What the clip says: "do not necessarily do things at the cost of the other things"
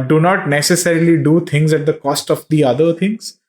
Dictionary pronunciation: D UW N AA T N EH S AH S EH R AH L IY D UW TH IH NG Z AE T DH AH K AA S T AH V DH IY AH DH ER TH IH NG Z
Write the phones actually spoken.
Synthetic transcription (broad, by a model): D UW N AA T N EH S AH S EH R AH L IY D UW T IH NG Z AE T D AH K AA S T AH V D IY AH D ER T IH NG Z